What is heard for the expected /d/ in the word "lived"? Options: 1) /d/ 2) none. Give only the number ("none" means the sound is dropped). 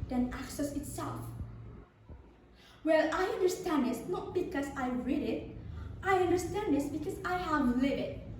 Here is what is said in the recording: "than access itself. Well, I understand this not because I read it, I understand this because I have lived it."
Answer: 2